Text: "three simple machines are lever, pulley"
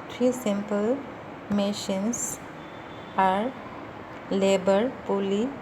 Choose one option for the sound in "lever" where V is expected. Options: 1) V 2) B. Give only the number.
2